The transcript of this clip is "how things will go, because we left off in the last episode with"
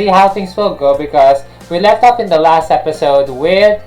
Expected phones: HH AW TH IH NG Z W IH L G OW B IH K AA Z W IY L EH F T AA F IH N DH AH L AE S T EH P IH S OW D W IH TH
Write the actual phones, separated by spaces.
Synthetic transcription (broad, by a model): HH AW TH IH NG S W IH L G OW B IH K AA S W IY L EH F T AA P IH N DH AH L AE S T EH P IH S OW D W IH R